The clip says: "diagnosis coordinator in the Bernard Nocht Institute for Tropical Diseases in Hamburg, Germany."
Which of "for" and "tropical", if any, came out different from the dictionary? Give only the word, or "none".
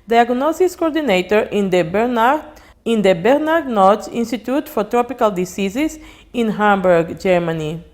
none